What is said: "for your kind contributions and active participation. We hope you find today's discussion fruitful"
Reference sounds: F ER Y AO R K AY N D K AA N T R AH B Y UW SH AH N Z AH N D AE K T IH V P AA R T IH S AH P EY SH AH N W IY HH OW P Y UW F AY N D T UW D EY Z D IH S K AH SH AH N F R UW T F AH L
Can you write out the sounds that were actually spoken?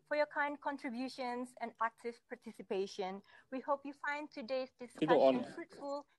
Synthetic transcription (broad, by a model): F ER Y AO K AY N D K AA N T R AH B Y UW SH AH N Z AH N D AE K T IH V P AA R T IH S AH P EY SH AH N W IY HH OW P Y UW F AY N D T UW D EY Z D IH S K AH AH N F R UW T F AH L